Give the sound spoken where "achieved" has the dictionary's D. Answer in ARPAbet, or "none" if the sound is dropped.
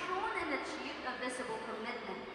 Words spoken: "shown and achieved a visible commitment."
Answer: none